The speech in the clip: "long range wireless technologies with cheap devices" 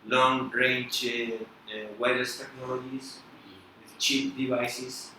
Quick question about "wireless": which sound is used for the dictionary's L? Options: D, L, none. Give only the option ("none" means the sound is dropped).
none